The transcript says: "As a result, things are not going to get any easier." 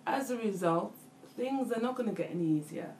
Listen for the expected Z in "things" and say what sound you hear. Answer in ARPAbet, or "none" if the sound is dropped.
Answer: Z